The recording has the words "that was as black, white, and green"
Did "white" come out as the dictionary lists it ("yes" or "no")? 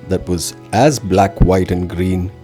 yes